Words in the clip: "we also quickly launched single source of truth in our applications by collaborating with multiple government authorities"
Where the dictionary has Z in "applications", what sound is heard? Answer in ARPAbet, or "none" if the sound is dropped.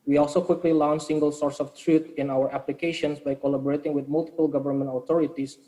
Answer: S